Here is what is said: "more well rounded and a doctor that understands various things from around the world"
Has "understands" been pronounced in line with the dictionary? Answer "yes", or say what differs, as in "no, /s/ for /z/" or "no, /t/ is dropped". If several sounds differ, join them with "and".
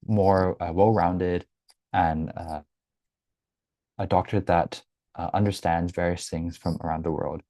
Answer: yes